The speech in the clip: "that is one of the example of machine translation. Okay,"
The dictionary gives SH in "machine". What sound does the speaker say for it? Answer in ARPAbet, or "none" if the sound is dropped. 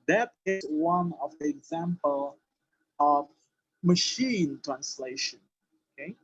SH